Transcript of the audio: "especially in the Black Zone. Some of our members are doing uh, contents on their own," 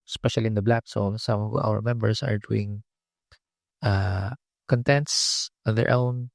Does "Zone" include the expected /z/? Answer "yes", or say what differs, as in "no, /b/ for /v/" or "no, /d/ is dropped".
no, /s/ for /z/